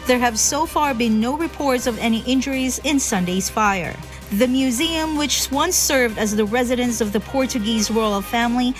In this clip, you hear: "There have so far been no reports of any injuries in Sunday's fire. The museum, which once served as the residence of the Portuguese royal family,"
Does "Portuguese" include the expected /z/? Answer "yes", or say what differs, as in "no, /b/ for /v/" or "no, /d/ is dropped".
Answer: yes